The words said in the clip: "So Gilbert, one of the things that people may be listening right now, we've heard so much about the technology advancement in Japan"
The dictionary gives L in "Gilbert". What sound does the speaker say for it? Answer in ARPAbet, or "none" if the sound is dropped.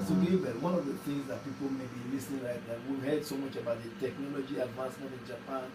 none